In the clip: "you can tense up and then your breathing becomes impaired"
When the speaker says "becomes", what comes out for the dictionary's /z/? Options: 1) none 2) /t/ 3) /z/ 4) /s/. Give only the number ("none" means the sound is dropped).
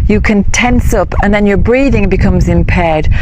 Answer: 3